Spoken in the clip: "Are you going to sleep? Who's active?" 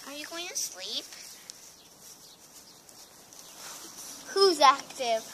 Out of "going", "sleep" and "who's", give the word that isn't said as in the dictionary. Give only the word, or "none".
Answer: none